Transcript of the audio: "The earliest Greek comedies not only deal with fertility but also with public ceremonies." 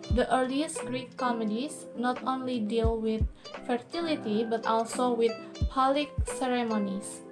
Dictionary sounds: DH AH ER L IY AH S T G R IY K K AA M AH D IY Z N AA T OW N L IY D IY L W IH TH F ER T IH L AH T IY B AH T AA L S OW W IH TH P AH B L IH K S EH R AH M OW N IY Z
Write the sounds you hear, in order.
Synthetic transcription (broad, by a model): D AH ER L IY AH S T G R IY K K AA M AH D IY S N AA T OW N L IY D IY L W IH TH F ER T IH L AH T IY B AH T AA L S OW W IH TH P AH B L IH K S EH R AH M OW N IY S